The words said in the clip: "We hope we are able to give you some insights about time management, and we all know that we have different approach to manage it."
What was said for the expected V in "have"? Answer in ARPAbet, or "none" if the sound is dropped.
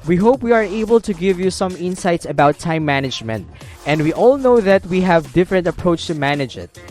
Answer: V